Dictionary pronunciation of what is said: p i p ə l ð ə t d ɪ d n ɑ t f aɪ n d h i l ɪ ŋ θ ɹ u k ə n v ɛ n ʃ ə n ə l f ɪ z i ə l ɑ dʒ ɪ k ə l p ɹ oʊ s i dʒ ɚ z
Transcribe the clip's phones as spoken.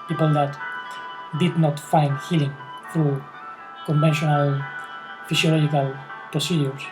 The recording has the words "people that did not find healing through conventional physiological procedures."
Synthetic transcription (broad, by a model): p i p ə l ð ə t d ɪ d n ɑ t f aɪ n d h i l ɪ ŋ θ ɹ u k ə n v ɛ n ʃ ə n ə l f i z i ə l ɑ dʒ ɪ k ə l p ɹ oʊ s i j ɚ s